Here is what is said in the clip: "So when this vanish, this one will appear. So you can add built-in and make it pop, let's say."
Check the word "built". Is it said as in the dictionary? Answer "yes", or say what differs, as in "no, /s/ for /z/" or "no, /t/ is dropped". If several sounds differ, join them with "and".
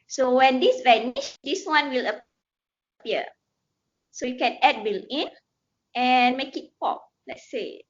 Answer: no, /t/ is dropped